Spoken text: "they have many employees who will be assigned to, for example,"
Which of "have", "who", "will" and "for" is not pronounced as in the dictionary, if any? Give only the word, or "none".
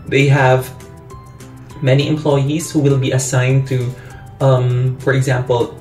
none